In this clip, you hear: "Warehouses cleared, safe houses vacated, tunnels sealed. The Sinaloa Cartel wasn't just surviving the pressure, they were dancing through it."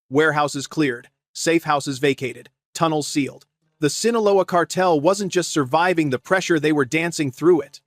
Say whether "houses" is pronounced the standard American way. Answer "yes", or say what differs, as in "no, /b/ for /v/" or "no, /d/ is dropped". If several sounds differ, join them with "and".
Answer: yes